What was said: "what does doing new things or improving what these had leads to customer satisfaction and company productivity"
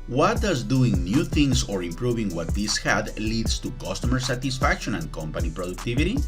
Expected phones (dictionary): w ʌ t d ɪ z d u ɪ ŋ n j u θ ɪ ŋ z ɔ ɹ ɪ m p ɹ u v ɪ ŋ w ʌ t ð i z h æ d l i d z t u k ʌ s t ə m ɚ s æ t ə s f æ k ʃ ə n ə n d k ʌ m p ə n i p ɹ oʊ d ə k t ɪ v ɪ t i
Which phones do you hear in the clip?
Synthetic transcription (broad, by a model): w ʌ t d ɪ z d u ɪ ŋ n j u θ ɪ ŋ s ɔ ɹ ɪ m p ɹ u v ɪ ŋ w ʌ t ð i s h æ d l i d s t u k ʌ s t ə m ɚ s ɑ t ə s f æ k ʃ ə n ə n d k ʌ m p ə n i p ɹ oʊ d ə k t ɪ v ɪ t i